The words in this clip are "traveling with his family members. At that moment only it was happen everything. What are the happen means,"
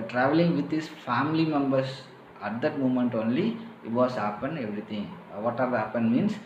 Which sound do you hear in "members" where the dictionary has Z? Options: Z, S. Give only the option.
S